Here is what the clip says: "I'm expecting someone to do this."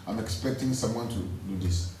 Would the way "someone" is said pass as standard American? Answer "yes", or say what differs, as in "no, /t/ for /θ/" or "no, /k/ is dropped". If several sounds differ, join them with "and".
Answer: yes